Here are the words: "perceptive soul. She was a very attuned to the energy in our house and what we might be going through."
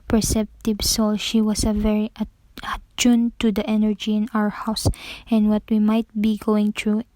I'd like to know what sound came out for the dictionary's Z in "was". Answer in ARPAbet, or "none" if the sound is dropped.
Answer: S